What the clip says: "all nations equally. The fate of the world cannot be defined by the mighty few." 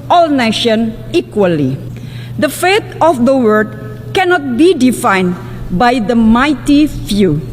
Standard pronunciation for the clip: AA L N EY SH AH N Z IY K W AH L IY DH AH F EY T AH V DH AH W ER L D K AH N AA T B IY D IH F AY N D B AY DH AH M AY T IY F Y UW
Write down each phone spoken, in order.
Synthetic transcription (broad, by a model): AA L N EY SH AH N IY K W AH L IY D AH F EY T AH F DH AH W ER D K AH N AA T B IY D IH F AY N B AY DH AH M AY T IY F Y UW